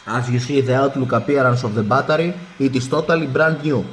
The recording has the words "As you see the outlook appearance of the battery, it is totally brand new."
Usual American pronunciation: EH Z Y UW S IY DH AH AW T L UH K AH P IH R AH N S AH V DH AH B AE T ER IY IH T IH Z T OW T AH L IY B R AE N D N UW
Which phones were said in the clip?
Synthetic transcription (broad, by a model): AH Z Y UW S IY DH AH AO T L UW K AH P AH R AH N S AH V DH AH B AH T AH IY IH T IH S T OW T AH L IY B R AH N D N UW